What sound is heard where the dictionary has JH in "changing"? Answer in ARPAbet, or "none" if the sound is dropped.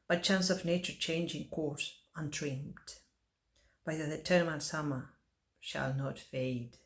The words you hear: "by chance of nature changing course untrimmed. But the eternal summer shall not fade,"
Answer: JH